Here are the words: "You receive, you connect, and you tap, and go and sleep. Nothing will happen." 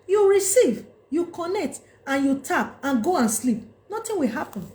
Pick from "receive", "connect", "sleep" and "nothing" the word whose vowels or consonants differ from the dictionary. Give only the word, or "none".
nothing